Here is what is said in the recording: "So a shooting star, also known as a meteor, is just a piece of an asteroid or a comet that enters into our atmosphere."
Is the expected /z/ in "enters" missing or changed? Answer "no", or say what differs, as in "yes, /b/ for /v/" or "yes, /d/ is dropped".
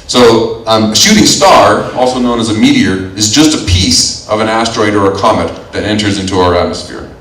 no